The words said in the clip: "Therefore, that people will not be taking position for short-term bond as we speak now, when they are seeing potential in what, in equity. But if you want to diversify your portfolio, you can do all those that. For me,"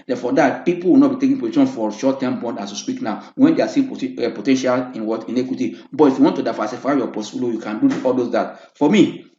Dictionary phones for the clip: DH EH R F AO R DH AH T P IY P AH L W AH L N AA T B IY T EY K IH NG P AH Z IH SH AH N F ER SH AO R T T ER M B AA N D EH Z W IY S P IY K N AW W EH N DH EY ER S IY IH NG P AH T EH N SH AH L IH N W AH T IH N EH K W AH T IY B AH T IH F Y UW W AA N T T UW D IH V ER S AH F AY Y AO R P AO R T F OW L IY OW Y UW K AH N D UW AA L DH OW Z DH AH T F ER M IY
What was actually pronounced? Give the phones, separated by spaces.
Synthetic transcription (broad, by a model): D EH F AO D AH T P IY P AH L W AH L N AA T B IY T EY K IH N P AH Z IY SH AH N F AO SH AO T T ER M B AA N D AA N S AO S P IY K N AW W EH N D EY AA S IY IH P AH T EH N SH AH L IH N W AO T IH N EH K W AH T IY B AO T IH F Y UW W AA N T T UW D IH F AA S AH F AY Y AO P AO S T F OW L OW Y UW K AH N D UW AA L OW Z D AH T F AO M IY